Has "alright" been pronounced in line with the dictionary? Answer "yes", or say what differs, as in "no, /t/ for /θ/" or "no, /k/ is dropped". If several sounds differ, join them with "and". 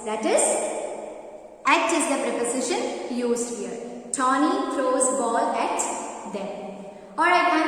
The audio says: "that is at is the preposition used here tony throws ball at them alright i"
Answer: no, /l/ is dropped